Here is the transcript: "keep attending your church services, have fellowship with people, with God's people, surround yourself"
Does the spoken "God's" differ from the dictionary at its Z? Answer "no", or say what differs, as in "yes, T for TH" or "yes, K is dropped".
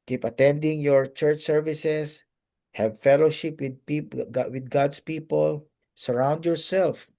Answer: yes, S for Z